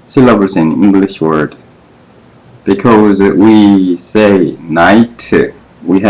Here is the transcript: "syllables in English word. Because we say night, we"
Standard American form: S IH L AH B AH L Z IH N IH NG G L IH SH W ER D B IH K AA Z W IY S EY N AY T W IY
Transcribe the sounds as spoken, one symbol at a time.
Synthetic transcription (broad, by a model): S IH L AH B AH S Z IH N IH NG G L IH SH W ER D B IH K AA Z W IY S EY N AY T W IY